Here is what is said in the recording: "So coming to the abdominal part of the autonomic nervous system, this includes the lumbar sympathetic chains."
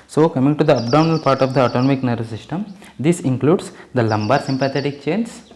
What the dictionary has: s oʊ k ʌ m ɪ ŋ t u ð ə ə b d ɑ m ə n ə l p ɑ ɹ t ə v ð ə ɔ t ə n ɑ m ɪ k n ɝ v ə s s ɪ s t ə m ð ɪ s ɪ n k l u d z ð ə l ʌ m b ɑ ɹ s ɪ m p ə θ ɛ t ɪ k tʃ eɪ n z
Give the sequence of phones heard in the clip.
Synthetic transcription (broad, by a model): s oʊ k ʌ m ɪ ŋ t u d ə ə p d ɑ ə n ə l p ɑ ɹ t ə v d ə ɔ t ə n ɑ m ɪ k n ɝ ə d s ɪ s t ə m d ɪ s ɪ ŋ k l u d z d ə l ʌ m b ɑ ɹ s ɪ m p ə t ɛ t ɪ k tʃ eɪ n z